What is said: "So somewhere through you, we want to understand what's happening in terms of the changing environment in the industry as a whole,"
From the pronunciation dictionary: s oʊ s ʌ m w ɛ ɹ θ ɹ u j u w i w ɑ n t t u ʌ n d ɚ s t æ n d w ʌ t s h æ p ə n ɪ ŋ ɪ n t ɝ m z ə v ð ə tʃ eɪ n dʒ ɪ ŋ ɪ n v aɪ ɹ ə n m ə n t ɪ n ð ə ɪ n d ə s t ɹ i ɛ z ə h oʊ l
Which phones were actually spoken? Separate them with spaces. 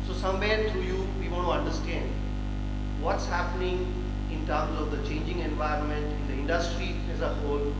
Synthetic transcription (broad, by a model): s oʊ s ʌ m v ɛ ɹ t ɹ u j u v i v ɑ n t t u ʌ n d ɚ s t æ n d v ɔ t s h æ p ə n ɪ ŋ ɪ n t ɝ m z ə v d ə tʃ eɪ n dʒ ɪ ŋ ɪ n v aɪ ɹ ə n m ə n t ɪ n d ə ɪ n d ə s t ɹ i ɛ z ə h oʊ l